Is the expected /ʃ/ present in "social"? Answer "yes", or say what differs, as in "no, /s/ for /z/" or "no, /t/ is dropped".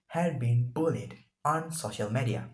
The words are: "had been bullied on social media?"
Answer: yes